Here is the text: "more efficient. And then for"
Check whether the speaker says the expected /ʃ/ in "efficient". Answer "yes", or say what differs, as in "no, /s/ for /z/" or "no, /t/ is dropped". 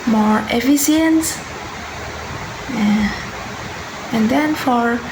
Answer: no, /s/ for /ʃ/